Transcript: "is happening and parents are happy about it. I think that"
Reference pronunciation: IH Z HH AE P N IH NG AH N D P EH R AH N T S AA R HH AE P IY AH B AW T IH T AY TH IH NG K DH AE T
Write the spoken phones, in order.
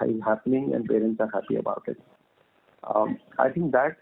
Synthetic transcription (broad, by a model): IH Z HH AE P N IH NG AH N D P EH R AH N T S AA R HH AE P IY AH B AW T IH T AY T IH NG K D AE T